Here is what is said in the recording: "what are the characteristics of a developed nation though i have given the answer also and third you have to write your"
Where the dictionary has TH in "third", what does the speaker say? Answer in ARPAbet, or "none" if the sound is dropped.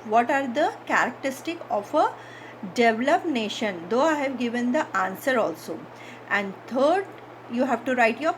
T